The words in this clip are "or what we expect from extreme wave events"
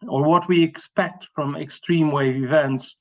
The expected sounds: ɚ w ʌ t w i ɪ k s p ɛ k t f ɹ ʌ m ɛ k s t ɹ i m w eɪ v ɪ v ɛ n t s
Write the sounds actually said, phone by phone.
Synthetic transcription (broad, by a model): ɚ w ʌ t w i ɪ k s p ɛ k t f ɹ ʌ m ɛ k s t ɹ i m w eɪ v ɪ v ɛ n t s